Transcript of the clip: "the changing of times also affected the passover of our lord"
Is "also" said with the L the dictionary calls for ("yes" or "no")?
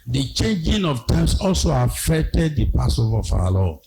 yes